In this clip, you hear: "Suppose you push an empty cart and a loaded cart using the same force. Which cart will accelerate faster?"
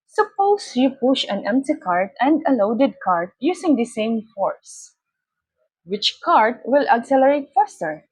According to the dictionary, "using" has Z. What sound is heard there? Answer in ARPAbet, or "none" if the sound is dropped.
S